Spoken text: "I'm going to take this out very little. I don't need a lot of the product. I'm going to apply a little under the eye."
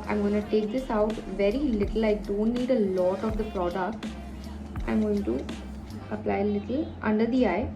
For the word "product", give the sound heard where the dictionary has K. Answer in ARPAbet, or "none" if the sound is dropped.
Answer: K